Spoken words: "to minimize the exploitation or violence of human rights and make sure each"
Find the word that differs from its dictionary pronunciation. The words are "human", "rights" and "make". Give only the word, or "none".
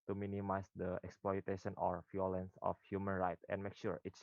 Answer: rights